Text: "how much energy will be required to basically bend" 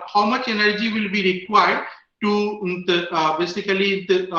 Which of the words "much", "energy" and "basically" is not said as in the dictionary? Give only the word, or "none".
basically